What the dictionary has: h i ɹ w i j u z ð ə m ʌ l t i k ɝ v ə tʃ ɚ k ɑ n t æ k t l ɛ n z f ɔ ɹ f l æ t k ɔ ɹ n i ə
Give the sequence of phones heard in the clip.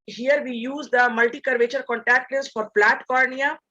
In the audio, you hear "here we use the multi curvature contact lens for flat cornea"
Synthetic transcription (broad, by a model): h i ɹ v i j u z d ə m ʌ l t i k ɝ v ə tʃ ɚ k ɑ n t æ k t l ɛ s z f ɔ ɹ p l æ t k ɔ ɹ n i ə